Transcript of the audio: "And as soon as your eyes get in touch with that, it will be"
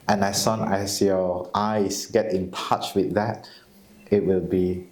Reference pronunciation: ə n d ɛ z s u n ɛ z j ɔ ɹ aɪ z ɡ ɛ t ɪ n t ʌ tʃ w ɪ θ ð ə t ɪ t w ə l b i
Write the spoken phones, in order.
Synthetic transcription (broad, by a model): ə n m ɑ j s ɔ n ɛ s j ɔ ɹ aɪ s ɡ ɛ t ɪ n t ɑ tʃ w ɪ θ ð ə t ɪ t w ə l b i